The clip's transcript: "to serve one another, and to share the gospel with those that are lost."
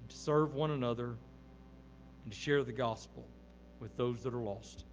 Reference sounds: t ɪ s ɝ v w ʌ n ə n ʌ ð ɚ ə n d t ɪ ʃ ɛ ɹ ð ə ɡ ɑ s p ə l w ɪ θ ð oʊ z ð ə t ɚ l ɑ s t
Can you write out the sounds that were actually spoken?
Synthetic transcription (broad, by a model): t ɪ s ɝ v w ʌ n ə n ʌ ð ɚ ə n t ɪ ʃ ɛ ɹ ð ə ɡ ɑ s p l w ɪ ð oʊ z ð ə t ɚ l ɑ s t